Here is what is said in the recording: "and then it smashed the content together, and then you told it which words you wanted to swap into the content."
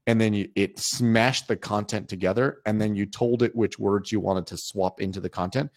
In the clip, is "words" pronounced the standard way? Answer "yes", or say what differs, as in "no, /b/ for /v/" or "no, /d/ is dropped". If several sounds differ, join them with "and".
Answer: yes